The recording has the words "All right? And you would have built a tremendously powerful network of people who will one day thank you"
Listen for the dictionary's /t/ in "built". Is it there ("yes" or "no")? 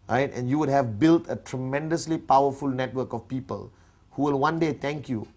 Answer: yes